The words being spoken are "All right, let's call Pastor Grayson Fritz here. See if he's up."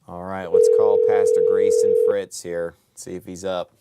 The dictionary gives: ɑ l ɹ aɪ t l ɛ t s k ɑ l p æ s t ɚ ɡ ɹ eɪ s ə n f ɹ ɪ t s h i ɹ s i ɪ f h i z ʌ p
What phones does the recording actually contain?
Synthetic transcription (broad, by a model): ɑ l ɹ aɪ t w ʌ t s k ɑ l p æ s t ɚ ɡ ɹ eɪ s ə n f ɹ ɪ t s h i ɹ s i ɪ f h i z ʌ p